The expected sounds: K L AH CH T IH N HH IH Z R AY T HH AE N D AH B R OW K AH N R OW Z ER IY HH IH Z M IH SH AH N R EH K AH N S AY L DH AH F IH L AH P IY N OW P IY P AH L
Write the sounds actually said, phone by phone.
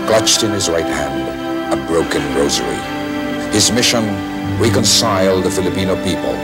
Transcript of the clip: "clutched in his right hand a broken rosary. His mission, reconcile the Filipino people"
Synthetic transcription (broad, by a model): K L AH CH T IH N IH Z R AY T HH AE N D AH B R OW K AH N R OW Z ER IY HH IH Z M IH SH AH N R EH K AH N S AY L DH AH F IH L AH P IY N OW P IY P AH L